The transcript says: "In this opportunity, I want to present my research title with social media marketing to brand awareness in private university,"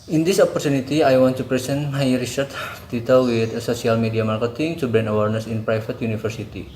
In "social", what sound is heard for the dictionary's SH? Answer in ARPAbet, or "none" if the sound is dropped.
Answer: S